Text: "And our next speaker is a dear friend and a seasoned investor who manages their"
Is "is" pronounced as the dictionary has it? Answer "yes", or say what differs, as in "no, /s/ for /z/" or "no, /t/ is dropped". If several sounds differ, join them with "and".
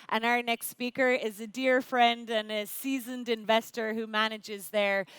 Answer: yes